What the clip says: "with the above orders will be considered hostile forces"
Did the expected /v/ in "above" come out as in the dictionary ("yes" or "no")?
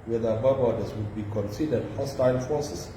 no